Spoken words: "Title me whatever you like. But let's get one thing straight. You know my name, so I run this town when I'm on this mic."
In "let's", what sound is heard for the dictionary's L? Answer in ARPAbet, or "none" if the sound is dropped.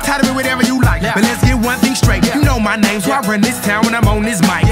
L